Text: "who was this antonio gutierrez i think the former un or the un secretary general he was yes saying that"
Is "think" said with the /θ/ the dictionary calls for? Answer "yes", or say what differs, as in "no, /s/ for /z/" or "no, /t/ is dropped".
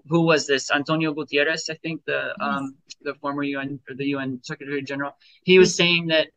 yes